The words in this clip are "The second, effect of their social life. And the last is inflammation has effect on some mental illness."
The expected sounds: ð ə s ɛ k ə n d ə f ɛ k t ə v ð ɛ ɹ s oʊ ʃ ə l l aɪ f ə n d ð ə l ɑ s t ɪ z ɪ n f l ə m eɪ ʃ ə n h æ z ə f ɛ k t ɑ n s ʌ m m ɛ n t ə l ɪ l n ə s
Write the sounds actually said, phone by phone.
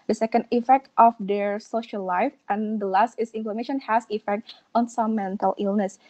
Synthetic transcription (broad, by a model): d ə s ɛ k ə n d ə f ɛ k t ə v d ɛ ɹ s oʊ ʃ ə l l aɪ f ə n d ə l ɑ s t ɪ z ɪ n f ə m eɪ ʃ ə n h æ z ə f ɛ k t ɑ n s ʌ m m ɛ n t ə l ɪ l n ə s